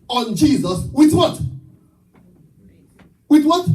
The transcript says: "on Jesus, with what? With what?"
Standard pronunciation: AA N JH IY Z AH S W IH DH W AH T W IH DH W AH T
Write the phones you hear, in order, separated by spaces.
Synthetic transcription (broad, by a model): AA N JH IY Z AH S W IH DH W AH T W IH DH W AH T